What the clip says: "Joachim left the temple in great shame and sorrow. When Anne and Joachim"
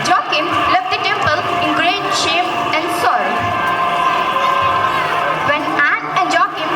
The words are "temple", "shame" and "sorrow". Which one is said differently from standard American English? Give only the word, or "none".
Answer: sorrow